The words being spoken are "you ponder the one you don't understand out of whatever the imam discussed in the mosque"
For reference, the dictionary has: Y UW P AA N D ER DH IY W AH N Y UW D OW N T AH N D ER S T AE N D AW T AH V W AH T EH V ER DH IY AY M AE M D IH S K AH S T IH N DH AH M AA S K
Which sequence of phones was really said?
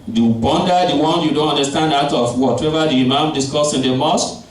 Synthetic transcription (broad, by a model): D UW B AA N D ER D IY W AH N Y UW D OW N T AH N D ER S T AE N D AW T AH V W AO T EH V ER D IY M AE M D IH S K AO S IH N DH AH M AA S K